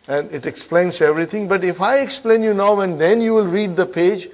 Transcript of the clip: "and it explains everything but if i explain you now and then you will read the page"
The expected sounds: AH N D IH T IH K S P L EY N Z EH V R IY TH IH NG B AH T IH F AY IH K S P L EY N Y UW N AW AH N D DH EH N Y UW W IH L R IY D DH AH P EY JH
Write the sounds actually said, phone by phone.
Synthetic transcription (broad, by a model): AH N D IH T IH K S P L EY N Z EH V R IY T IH NG B AH T IH F AY IH K S P L EY N Y UW N AW AH N D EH N Y UW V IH L R IY D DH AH P EY JH